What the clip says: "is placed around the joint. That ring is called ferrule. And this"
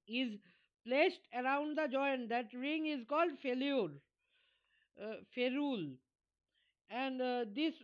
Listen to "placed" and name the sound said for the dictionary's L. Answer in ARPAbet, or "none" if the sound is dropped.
L